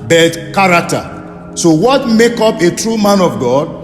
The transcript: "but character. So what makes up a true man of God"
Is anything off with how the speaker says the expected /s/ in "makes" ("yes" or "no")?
yes